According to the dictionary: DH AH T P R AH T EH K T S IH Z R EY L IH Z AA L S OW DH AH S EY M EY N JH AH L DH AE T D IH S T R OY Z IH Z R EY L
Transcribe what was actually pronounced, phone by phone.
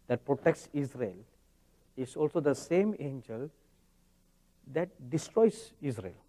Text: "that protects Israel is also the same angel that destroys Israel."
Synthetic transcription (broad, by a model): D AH T P R AH T EH K T S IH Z R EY L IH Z AA L S OW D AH S EY M EY N JH AH L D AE T D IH S T R OY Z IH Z R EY L